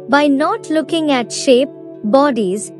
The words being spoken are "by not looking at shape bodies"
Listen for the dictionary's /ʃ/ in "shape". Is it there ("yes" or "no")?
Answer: yes